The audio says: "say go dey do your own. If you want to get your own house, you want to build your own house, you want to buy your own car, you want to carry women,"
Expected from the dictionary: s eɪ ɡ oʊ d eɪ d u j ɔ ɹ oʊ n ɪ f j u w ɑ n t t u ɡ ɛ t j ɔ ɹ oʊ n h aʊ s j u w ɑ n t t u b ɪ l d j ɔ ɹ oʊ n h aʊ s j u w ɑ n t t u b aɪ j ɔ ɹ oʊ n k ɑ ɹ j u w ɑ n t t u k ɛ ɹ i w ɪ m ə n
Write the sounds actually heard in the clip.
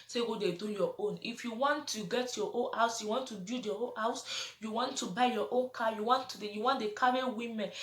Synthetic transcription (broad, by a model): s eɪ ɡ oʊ d eɪ d u j ɔ oʊ n ɪ f j u w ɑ n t t u ɡ ɛ t j ɔ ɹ oʊ n h aʊ s j u w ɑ n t t u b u d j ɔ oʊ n h aʊ s j u w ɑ n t t u b aɪ j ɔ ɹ oʊ n k ɑ j u w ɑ n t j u k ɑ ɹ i w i m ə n